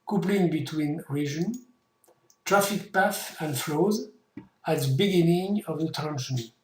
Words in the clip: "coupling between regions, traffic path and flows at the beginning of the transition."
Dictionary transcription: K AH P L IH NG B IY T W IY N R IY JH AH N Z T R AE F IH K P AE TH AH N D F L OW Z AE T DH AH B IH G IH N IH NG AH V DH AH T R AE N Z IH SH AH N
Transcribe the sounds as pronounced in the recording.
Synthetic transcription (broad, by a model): K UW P L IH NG B IY T W IY N R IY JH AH N T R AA F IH K P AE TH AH N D F L OW Z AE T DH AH B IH G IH N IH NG AH V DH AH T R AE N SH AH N